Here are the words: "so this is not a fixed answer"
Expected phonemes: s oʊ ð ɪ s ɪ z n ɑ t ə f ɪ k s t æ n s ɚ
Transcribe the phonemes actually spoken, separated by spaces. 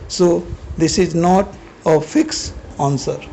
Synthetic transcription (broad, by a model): s oʊ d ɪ s ɪ z n ɑ t ə f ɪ k s ɑ n s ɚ